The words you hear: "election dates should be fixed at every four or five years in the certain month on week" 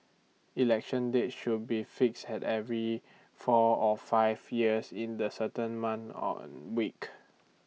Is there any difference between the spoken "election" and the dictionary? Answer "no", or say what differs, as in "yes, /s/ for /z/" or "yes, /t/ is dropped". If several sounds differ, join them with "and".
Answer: no